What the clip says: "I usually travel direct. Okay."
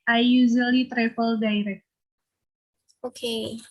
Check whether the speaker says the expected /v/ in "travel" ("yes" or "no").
no